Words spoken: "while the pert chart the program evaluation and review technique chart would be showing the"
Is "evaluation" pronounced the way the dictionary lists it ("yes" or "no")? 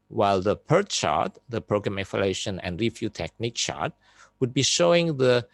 no